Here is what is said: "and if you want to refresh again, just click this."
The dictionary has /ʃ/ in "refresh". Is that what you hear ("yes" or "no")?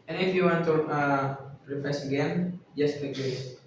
no